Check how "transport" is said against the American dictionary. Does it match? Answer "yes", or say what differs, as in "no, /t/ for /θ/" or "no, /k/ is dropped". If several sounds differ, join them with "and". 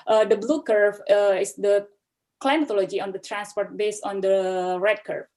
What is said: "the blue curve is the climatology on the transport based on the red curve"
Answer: yes